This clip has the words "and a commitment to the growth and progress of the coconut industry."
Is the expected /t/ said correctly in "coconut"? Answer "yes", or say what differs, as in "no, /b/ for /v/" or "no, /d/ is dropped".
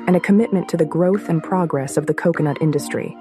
yes